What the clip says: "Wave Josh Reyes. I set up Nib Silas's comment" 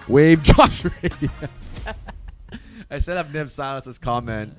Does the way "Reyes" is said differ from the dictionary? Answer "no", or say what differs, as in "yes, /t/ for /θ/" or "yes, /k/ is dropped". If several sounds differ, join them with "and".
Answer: yes, /s/ is dropped